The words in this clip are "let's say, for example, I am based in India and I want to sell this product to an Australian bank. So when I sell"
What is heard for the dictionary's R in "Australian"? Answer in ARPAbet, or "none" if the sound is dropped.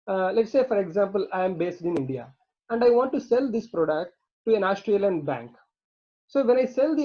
R